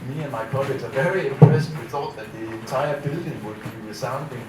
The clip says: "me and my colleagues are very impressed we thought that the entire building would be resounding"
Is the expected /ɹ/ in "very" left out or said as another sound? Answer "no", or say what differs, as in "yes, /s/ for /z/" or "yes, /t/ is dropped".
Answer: no